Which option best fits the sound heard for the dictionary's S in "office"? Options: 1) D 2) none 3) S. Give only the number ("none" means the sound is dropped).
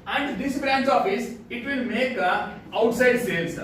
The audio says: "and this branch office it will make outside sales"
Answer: 3